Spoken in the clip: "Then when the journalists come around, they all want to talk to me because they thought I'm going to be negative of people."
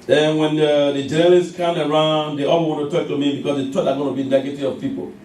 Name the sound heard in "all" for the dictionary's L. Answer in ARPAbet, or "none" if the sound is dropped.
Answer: W